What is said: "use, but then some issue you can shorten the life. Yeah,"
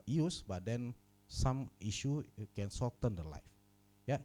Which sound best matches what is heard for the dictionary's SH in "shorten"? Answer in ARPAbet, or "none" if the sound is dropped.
S